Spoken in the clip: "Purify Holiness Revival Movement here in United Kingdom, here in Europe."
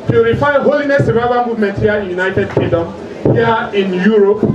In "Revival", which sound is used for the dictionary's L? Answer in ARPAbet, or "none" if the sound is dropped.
N